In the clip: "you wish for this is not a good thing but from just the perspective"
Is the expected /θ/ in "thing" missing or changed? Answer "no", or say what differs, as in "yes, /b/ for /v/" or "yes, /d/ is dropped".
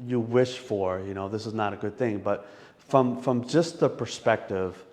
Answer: no